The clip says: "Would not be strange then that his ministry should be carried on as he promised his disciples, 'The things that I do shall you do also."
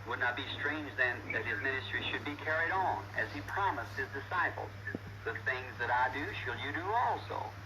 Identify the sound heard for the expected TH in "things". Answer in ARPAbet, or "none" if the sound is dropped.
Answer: TH